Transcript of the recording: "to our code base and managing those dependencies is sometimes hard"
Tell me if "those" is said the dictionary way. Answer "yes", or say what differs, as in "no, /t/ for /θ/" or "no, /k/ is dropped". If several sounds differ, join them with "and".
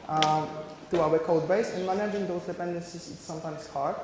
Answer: no, /s/ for /z/